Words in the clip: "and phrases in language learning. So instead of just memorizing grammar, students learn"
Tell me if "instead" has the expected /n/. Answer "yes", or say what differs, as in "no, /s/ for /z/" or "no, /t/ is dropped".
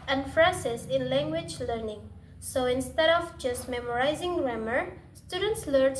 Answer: yes